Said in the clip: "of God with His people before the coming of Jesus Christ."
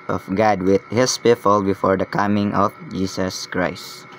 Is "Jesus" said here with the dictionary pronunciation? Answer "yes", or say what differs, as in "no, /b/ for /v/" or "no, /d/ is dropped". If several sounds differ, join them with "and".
no, /s/ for /z/